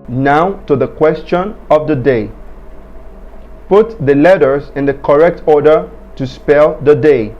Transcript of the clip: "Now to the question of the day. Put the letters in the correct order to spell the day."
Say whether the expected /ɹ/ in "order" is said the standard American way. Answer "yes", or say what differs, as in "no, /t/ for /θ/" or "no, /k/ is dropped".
yes